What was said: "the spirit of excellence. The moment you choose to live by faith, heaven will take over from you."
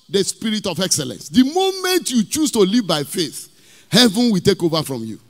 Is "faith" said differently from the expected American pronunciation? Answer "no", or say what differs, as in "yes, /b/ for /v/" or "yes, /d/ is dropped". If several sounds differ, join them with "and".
no